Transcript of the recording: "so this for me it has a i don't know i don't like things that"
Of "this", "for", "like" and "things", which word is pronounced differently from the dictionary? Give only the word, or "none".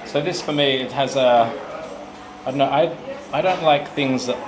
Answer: none